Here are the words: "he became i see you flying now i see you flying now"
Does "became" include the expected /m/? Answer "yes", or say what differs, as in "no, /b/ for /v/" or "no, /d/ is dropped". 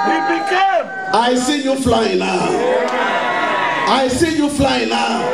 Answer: no, /m/ is dropped